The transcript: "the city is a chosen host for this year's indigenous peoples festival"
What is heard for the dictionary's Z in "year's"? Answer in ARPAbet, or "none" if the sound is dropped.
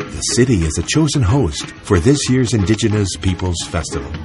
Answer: Z